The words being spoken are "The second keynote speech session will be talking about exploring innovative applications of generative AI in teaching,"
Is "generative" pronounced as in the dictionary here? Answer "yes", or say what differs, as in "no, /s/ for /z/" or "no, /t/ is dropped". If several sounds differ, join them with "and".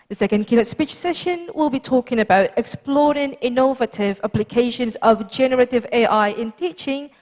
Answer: yes